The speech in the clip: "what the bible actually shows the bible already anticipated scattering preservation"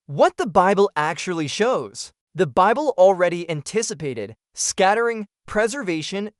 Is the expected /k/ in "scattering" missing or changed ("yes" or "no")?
no